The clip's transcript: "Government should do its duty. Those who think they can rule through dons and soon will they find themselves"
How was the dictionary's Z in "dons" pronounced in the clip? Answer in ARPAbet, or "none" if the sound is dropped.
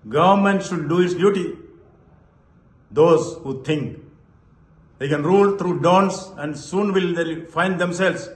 S